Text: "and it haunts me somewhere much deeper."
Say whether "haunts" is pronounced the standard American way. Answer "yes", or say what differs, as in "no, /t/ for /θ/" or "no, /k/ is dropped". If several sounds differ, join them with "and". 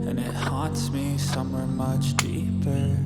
no, /n/ is dropped